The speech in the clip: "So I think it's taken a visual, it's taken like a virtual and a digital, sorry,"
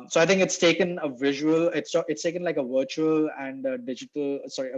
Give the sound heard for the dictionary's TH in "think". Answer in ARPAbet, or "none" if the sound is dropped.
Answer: T